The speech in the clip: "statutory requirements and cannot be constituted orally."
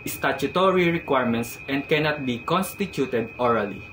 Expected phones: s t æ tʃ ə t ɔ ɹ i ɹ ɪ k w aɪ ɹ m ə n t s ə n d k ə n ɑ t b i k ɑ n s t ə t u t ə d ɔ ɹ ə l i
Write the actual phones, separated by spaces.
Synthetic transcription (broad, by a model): s t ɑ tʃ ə t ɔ ɹ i ɹ ɪ k w aɪ ɹ m ə n t s ə n d k ə n ɑ t b i k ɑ n s t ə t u t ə d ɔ ɹ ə l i